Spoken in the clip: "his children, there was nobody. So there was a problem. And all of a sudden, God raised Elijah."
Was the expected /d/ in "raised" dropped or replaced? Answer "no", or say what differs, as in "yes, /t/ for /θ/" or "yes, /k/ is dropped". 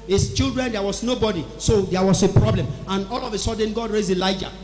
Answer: yes, /d/ is dropped